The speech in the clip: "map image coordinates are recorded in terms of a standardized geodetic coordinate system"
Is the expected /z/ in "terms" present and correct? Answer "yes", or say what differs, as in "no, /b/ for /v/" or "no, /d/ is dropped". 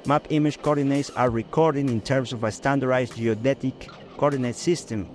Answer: no, /s/ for /z/